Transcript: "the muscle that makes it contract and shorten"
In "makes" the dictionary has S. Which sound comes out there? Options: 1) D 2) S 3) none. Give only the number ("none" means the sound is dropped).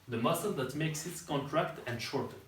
2